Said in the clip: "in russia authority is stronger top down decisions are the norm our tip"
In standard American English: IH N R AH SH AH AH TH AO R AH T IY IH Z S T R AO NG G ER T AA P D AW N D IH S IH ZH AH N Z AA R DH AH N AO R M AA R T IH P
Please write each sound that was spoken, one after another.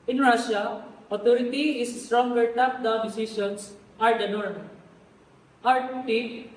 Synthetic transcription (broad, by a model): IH N R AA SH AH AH T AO R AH T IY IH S S T R AO NG G ER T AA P D AW N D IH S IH SH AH N S AA R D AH N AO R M AA R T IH